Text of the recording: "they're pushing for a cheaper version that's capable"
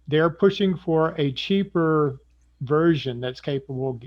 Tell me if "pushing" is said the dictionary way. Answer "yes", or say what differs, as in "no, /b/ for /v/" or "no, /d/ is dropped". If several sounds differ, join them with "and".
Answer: yes